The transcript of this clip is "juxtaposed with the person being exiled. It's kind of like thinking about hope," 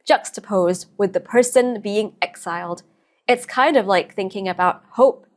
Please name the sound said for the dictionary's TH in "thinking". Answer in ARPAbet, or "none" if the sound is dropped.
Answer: TH